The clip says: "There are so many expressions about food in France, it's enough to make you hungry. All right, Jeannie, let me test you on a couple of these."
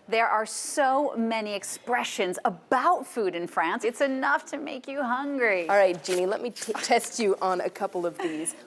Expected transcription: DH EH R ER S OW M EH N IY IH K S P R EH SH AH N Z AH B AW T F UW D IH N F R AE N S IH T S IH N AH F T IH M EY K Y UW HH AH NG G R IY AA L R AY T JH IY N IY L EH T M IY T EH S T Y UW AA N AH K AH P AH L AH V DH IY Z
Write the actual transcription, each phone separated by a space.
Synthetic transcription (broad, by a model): DH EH R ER S OW M EH N IY IH K S P R EH SH AH N Z AH B AW T F UW D IH N F R AE N S IH T S IH N AH F T IH M EY K Y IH HH AH NG G R IY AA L R AY T JH IY N IY L EH T M IY T EH S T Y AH N AH K AH P L AH V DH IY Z